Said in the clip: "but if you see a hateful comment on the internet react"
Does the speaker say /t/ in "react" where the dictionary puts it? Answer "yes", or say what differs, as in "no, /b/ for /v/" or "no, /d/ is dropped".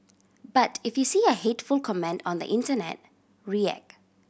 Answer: no, /t/ is dropped